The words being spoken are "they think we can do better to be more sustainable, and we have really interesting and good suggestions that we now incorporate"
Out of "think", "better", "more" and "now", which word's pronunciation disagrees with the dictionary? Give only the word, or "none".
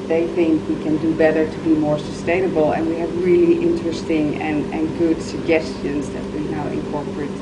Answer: none